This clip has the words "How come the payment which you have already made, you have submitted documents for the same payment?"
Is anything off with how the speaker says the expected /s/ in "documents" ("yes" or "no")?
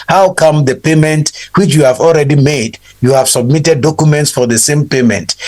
no